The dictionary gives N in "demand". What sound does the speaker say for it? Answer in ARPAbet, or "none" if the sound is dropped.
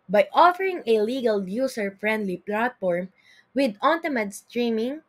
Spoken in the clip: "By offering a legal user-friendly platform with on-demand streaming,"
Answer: none